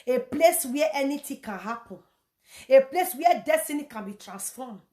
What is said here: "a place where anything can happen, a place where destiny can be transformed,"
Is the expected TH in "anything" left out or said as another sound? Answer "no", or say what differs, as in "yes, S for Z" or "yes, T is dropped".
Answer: yes, T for TH